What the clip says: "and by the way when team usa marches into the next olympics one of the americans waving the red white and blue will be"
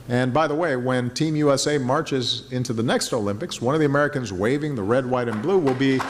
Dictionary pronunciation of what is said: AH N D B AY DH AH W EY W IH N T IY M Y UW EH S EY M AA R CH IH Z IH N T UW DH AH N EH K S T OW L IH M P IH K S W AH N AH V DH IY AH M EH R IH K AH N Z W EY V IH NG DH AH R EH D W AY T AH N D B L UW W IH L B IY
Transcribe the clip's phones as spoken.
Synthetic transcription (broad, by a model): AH N B AY DH AH W EY W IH N T IY M Y UW EH S EY M AA R CH IH Z IH N T UW DH AH N EH K S T OW L IH M P IH K S W AH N AH V DH IY AH M EH R IH K AH N Z W EY V IH NG DH AH R EH D W AY T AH N B L UW W IH L B IY